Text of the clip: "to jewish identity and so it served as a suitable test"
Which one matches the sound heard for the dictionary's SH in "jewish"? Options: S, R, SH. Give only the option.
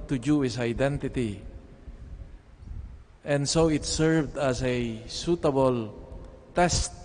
S